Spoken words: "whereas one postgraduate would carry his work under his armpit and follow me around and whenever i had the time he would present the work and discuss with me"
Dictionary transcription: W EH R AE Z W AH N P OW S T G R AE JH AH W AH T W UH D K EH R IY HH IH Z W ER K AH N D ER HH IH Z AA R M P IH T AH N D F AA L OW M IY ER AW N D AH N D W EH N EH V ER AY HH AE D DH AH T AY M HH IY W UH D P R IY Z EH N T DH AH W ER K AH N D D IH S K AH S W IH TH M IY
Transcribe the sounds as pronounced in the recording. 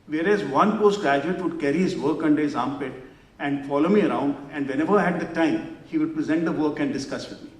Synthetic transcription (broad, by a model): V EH R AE Z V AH N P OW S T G R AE JH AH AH T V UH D K EH R IY HH IH Z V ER K AH N D ER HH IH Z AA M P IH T AH N D F AA L OW M IY ER AW N D AH N D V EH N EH V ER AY HH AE D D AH T AY M HH IY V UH D P R IY Z EH N T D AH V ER K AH N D D IH S K AH S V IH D M IY